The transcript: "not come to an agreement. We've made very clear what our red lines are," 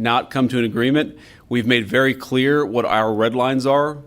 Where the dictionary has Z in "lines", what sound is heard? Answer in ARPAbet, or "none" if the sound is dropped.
Z